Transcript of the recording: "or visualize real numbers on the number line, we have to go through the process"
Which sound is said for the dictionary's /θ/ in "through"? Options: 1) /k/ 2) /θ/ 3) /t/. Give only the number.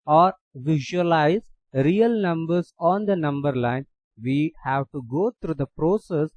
3